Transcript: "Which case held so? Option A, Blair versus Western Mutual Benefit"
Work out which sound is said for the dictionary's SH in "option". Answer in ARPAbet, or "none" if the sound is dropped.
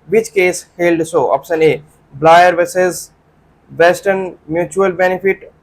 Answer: S